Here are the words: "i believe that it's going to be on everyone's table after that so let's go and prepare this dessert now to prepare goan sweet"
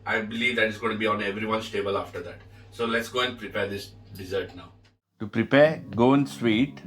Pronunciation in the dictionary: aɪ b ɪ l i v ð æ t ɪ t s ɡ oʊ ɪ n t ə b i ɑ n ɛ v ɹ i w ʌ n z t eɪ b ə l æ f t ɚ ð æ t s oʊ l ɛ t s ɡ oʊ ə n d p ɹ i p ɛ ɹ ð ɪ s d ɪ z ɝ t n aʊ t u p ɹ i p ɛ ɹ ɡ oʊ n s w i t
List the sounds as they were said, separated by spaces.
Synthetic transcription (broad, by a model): aɪ b ɪ l i v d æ t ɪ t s ɡ oʊ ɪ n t b i ɑ n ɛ v ɹ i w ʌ n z t eɪ b ə l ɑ f t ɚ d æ t s oʊ l ɛ t s ɡ oʊ ə n d p ɹ i p ɛ ɹ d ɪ s d ɪ z ɝ t n aʊ t u p ɹ i p ɛ ɹ ɡ oʊ n s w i t